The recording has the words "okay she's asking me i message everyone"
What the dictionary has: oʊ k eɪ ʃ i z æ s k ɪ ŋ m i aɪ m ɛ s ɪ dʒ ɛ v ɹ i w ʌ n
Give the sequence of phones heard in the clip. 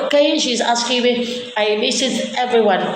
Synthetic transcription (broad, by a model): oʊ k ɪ ʃ i z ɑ s k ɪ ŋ m i aɪ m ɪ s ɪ z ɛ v ɹ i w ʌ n